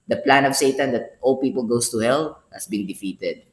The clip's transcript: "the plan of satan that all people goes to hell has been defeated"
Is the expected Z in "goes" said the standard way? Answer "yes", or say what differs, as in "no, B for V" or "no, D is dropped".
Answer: no, S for Z